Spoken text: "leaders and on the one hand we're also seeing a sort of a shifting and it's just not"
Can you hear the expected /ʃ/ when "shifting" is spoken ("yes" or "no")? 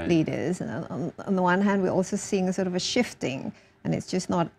yes